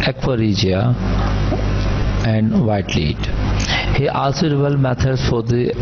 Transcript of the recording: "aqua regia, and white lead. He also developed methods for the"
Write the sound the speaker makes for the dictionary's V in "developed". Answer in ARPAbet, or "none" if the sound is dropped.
B